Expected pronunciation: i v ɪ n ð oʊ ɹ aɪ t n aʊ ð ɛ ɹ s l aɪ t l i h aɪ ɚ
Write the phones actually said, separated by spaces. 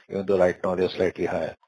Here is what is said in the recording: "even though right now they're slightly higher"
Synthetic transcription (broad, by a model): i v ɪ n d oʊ l aɪ t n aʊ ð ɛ s l aɪ t l i h aɪ